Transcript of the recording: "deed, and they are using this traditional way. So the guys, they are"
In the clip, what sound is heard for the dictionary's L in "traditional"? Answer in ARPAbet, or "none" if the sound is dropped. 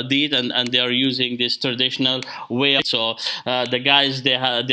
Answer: L